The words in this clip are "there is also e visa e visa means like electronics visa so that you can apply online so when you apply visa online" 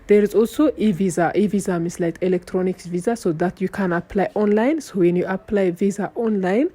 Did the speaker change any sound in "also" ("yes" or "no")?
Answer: yes